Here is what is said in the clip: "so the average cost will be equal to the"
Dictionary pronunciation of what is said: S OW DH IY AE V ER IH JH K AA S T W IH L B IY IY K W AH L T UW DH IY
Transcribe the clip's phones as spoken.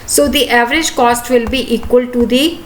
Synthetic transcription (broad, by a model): S OW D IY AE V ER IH JH K AA S T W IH L B IY IY K W AH L T UW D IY